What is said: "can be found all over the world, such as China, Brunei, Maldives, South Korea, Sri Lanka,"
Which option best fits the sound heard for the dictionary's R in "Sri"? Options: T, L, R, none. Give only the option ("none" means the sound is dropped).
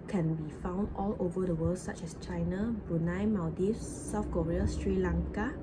R